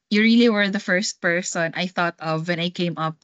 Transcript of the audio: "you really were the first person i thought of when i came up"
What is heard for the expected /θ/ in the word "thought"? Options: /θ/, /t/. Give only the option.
/θ/